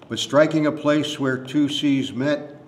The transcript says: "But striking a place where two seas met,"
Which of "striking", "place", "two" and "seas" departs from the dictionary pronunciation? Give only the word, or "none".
none